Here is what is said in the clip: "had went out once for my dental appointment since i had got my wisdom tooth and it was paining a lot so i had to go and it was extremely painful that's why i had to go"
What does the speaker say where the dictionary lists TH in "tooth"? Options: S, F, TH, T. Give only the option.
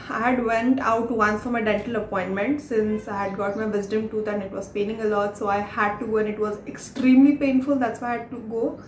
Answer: T